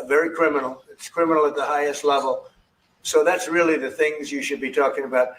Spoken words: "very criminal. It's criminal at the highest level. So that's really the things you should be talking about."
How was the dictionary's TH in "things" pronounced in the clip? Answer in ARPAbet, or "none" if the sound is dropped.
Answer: TH